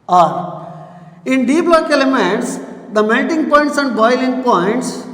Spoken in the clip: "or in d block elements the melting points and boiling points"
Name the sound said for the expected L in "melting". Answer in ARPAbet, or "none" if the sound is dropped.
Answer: N